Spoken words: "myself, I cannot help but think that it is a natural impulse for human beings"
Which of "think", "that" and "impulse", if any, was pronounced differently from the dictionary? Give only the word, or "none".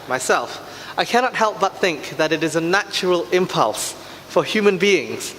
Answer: none